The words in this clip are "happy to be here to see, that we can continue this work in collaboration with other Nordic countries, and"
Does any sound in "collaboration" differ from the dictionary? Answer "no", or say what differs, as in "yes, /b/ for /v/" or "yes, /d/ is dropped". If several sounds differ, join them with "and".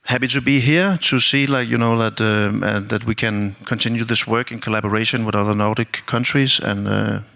no